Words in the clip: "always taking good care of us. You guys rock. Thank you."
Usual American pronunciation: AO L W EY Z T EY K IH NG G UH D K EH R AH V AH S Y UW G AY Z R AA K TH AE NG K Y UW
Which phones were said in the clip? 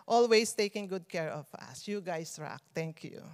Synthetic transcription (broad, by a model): AO L W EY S T EY K IH NG G UH D K EH R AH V AH S Y UW G AY S R AA K T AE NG K Y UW